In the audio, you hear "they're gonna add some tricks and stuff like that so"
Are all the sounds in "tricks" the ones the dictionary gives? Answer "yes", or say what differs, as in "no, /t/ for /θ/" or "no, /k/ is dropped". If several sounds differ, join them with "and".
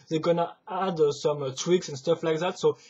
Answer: no, /w/ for /ɹ/